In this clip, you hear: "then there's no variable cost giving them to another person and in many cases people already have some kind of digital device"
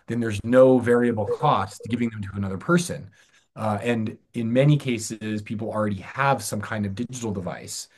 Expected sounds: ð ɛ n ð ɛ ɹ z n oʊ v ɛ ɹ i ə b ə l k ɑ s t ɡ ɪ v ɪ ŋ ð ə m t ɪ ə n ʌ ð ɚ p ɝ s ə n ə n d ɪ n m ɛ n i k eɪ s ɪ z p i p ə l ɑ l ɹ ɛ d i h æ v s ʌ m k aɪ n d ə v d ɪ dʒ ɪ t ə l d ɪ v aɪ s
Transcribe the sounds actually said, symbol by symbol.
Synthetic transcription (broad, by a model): ð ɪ n ð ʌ ɹ z n oʊ v ɛ ɹ i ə b l k ɑ s t ɡ ɪ v ɪ ŋ ð ə m t ɪ ə n ʌ ð ɚ p ɝ s ə n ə n ɪ n m ɛ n i k eɪ s ɪ z p i p l l ɹ ɛ d i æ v s ʌ m k aɪ n d ə v d ɪ dʒ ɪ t l d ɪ v aɪ s